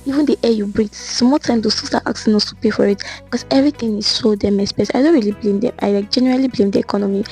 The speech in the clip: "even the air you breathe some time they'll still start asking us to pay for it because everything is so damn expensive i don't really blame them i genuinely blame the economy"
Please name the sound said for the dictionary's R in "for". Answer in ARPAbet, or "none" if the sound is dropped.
R